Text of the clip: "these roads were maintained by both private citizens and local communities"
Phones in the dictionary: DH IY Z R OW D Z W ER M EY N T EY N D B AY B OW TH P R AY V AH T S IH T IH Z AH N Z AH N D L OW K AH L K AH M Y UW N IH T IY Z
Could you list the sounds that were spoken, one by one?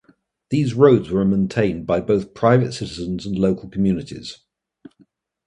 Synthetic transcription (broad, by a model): DH IY Z R OW D Z W ER M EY N T EY N B AY B OW TH P R AY V AH T S IH T IH Z AH N Z AH N L OW K AH L K AH M Y UW N IH T IY Z